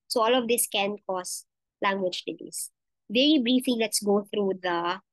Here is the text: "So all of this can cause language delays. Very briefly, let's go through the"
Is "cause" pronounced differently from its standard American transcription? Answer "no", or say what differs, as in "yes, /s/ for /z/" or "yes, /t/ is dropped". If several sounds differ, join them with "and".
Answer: yes, /s/ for /z/